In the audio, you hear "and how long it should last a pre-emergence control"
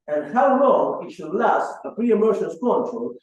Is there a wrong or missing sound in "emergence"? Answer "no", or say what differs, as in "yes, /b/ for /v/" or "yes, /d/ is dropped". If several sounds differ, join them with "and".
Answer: yes, /ʃ/ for /dʒ/